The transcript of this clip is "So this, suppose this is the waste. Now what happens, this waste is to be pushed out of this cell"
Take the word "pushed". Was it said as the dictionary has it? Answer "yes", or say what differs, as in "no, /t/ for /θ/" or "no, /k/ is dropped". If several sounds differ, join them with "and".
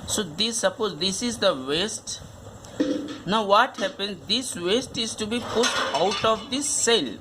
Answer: no, /ʃ/ is dropped